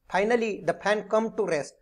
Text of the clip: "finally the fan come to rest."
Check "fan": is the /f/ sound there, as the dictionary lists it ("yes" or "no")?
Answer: no